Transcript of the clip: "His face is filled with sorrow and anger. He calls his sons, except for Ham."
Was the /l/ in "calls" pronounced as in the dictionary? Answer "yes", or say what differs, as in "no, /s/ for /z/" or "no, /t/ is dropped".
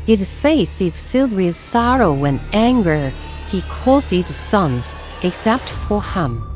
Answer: no, /l/ is dropped